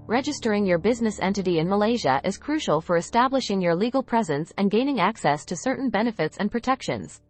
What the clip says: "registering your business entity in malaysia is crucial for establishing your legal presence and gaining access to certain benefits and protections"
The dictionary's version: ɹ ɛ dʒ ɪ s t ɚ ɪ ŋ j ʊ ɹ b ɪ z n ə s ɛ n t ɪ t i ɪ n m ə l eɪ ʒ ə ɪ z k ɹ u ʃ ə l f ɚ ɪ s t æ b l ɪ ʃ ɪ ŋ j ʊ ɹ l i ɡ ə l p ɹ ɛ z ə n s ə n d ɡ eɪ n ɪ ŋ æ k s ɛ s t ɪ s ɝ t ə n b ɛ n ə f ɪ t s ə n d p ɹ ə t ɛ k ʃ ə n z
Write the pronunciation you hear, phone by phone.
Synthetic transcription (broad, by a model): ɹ ɛ dʒ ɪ s t ɚ ɪ ŋ j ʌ ɹ b ɪ z n ə s ɛ n t ɪ t i ɪ n m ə l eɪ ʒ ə ɪ z k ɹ u ʃ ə l f ɚ ɪ s t æ b l ɪ ʃ ɪ ŋ j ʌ ɹ l i ɡ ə l p ɹ ɛ z ə n s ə n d ɡ eɪ n ɪ ŋ æ k s ɛ s t ɪ s ɝ t n b ɛ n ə f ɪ t s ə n p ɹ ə t ɛ k ʃ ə n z